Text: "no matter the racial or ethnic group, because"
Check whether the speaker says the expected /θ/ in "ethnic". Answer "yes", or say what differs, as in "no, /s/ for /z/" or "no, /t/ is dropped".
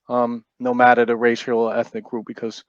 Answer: yes